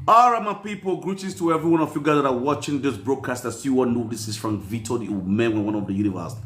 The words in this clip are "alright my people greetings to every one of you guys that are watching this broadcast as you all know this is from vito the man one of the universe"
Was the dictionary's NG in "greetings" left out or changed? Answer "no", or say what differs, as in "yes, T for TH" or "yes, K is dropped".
yes, NG is dropped